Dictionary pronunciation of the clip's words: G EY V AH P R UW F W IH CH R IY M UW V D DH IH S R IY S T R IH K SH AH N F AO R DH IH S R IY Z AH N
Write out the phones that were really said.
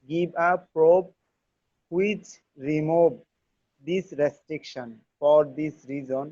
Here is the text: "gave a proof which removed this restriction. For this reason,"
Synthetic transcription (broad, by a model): G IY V AH P R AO P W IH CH R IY M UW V D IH S R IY S T R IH K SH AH N F AO R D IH S R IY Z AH N